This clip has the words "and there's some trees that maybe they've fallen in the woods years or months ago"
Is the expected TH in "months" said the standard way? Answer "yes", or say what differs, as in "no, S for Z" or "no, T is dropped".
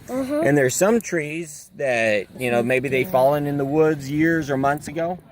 yes